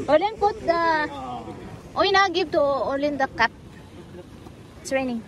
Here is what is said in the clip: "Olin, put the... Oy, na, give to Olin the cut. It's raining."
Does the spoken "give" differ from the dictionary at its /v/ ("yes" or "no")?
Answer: yes